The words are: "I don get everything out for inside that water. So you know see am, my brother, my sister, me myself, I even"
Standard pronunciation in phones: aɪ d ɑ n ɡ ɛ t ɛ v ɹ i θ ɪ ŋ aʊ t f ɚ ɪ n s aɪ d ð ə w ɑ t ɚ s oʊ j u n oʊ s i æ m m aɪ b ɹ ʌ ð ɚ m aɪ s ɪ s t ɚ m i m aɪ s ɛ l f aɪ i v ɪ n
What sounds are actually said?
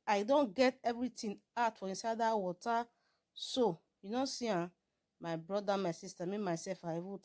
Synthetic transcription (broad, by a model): aɪ d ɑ n ɡ ɛ t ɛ v ɹ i t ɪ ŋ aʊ t f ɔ ɪ n s aɪ d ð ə w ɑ t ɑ s oʊ j u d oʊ s i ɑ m m aɪ b ɹ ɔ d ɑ m aɪ s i s t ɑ m i m aɪ s ɛ l f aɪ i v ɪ